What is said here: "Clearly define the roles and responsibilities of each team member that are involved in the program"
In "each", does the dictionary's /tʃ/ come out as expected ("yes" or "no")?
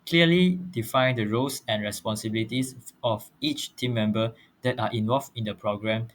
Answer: yes